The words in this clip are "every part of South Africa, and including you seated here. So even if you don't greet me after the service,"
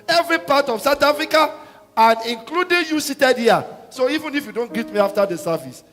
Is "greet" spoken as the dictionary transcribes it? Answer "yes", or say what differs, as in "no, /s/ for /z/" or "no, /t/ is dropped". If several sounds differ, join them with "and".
no, /ɹ/ is dropped